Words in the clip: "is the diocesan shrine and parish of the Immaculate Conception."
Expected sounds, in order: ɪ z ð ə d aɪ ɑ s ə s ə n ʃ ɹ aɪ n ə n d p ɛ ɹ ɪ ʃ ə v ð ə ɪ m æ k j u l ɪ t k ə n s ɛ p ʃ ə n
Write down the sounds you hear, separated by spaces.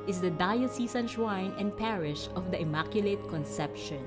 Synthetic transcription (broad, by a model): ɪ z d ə d aɪ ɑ s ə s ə n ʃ w aɪ n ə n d p ɛ ɹ ɪ ʃ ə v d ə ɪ m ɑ k j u l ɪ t k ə n s ɛ p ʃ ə n